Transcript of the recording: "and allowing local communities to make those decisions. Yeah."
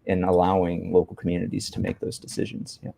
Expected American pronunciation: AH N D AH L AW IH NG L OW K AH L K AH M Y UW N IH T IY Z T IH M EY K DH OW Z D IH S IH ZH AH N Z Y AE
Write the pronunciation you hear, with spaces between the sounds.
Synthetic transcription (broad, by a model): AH N AH L AW IH NG L OW K L K M Y UW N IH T IY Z T IH M EY K DH OW Z D IH S IH ZH AH N Z Y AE